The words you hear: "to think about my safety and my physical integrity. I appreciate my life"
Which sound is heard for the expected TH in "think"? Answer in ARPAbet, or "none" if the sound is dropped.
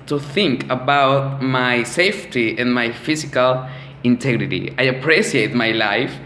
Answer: TH